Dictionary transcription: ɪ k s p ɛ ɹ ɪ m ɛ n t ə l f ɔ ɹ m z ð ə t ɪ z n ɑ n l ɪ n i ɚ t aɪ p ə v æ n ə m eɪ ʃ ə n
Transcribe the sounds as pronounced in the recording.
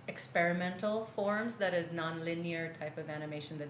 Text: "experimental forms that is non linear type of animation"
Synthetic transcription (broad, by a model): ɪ k s p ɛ ɹ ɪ m ɛ n t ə l f ɔ ɹ m z ð ə t ɪ z n ɑ n l ɪ n i ɚ t aɪ p ə v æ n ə m eɪ ʃ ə n